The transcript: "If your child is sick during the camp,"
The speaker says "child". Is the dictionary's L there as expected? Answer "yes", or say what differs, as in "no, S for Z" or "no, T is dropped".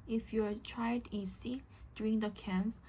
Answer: no, L is dropped